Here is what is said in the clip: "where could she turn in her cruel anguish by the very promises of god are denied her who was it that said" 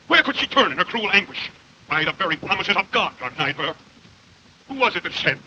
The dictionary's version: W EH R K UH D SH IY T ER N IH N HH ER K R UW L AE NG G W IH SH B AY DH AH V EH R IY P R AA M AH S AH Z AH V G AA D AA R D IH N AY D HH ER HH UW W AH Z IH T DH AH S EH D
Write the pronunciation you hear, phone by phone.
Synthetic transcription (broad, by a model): W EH R K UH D SH IY T ER N IH N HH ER K R UW L AE NG G W IH SH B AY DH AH V EH R IY P R AA M AH S AH Z AH V G AA D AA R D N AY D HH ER HH UW W AH Z IH T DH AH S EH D